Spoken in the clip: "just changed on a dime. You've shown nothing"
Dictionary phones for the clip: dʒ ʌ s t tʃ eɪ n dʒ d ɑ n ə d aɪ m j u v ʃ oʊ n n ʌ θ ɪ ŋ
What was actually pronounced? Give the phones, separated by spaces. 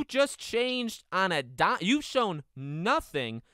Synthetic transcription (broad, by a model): dʒ ʌ s tʃ eɪ n dʒ d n ə d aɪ j u v ʃ oʊ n n ʌ θ ɪ ŋ